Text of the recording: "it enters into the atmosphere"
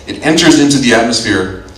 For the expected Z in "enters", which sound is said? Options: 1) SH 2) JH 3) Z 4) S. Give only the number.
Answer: 3